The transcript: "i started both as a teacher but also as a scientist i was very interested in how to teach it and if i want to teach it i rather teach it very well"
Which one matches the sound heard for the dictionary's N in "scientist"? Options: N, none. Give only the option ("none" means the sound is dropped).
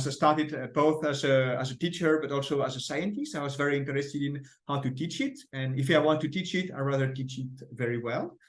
N